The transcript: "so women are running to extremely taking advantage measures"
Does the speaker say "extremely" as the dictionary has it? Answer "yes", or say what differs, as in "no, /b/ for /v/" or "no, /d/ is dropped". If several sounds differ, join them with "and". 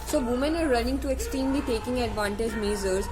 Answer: no, /ɹ/ is dropped